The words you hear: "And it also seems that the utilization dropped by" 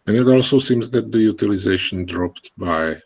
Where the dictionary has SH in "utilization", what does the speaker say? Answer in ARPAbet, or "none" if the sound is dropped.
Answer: SH